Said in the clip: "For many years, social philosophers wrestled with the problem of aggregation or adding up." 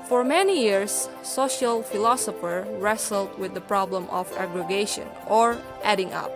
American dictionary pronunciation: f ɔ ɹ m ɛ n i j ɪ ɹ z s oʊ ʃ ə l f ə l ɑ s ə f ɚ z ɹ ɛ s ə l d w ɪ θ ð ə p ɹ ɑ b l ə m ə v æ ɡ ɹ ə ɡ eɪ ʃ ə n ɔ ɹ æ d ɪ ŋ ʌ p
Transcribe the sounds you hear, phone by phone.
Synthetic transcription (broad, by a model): f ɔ ɹ m ɛ n i j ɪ ɹ s oʊ ʃ ə l f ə l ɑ s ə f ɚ ɹ ɛ s ə l d w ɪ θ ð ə p ɹ ɑ b l ə m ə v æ ɡ ɹ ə ɡ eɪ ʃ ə n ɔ ɹ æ d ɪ ŋ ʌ p